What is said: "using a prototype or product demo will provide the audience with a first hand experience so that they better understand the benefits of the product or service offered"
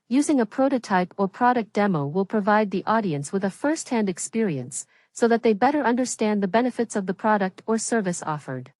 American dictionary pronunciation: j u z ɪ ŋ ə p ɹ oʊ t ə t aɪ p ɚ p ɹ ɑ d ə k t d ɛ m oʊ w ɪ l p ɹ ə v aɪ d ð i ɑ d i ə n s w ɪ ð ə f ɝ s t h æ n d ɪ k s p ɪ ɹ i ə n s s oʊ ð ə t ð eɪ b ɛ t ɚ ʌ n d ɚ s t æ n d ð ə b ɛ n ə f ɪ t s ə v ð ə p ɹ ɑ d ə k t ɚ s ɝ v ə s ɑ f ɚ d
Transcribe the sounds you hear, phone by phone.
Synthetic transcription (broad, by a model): j u z ɪ ŋ ə p ɹ oʊ t ə t aɪ p ɚ p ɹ ɑ d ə k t d ɛ m oʊ w ɪ l p ɹ ə v aɪ d ð i ɑ d i ə n s w ɪ ð ə f ɝ s t h æ n d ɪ k s p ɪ ɹ i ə n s s oʊ ð ə t ð eɪ b ɛ t ɚ ʌ n d ɚ s t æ n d ð ə b ɛ n ə f ɪ t s ə v ð ə p ɹ ɑ d ə k t ɚ s ɝ v ə s ɑ f ɚ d